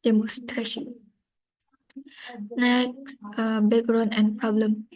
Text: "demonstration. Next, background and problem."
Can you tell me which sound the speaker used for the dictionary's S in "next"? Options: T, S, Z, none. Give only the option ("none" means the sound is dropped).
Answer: none